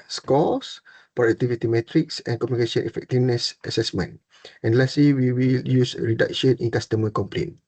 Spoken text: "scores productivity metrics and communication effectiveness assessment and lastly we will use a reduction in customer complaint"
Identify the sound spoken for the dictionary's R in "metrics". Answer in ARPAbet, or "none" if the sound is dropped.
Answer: R